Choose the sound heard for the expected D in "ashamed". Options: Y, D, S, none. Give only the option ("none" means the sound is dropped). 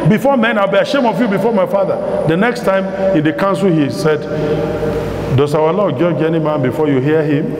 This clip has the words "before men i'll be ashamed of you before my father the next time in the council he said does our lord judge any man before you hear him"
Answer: none